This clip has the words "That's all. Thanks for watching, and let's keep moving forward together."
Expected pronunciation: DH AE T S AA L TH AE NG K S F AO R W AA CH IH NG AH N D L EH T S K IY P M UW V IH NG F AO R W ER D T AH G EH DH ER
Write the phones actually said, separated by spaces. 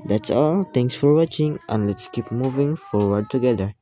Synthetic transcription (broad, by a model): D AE T S AA L T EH NG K S F AO R W AA CH IH NG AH N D L EH T S K IY P M UW V IH NG F AO R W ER D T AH G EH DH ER